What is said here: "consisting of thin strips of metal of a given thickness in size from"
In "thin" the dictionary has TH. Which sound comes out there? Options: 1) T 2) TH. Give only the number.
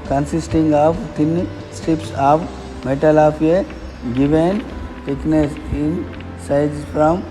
1